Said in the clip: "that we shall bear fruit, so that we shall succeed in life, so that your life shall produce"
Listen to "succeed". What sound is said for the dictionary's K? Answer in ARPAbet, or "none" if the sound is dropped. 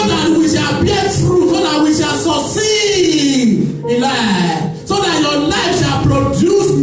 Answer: none